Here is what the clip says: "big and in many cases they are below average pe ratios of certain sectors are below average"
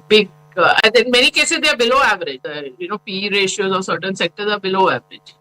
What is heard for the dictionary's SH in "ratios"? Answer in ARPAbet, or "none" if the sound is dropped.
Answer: SH